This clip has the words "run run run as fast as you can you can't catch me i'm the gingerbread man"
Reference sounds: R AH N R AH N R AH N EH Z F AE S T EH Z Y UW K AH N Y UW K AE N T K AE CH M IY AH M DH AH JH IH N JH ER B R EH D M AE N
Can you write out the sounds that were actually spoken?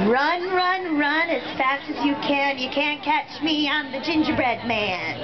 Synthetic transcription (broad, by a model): R AH N R AH N R AH N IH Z F AE S T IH Z Y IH K AH N Y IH K AE N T K AE CH M IY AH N DH AH JH IH N JH ER B R EH D M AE N